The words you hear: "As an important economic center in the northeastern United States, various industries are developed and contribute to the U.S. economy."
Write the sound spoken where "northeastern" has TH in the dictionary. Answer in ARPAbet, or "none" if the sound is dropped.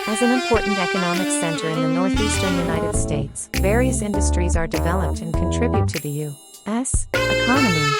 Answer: TH